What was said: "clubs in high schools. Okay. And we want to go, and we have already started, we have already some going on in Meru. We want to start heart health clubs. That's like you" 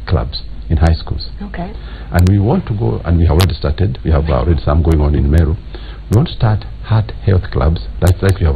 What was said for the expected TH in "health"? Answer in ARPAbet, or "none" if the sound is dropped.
TH